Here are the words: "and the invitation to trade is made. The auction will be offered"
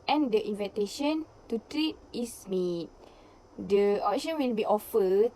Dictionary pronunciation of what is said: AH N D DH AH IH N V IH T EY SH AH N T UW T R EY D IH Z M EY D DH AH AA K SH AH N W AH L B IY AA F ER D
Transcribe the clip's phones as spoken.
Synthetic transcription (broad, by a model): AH N D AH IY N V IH T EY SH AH N T UW T R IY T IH S M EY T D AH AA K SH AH N W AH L B IY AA F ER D